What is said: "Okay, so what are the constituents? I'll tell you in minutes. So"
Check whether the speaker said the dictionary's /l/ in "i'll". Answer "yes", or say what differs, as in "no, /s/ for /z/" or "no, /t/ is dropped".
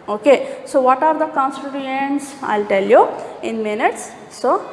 yes